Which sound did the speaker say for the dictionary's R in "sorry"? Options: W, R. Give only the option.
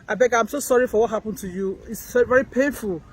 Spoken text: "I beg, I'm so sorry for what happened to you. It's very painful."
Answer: R